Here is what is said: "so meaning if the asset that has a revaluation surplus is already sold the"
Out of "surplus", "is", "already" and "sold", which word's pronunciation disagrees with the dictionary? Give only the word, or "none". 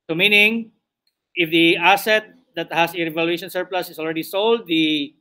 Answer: is